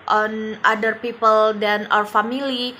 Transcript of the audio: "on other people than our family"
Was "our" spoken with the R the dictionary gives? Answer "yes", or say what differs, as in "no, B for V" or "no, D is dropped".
no, W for R